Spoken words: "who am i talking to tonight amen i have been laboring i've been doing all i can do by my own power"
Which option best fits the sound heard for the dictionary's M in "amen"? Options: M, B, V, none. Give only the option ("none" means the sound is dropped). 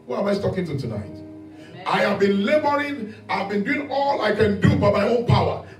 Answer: none